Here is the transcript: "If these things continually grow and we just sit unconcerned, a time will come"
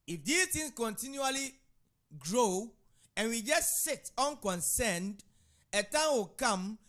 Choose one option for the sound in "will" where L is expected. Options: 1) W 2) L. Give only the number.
2